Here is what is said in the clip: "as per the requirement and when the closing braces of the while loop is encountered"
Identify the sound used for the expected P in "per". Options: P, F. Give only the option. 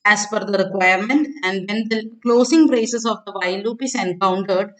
F